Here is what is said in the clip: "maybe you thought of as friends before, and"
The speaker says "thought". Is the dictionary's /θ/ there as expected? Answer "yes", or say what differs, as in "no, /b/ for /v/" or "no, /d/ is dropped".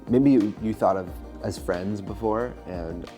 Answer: yes